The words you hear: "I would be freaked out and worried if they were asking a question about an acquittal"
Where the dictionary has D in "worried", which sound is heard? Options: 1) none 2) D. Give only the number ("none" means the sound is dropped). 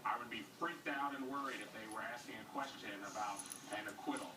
2